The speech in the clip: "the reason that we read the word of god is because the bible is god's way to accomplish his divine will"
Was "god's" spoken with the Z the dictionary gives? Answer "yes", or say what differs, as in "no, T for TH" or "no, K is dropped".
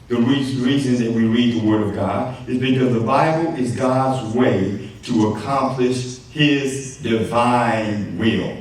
yes